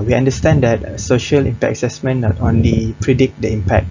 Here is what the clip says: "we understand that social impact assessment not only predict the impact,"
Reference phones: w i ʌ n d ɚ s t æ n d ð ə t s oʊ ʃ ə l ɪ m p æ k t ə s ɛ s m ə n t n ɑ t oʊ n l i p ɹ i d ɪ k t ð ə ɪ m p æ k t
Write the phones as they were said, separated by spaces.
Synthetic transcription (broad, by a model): w i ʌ n d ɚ s t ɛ n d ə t s oʊ ʃ ə l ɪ m p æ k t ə s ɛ s m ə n n ɑ t oʊ n l i p ɹ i d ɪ k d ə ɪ m p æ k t